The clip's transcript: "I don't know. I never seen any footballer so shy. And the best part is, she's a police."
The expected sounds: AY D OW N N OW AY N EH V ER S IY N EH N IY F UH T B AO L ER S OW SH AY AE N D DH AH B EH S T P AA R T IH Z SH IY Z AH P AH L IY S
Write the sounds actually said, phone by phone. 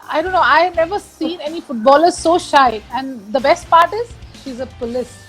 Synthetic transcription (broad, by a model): AY D OW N N OW AY N EH V ER S IY N EH N IY F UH T B AO L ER S OW SH AY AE N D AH B EH S T P AA R T IH Z SH IY Z AH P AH L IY S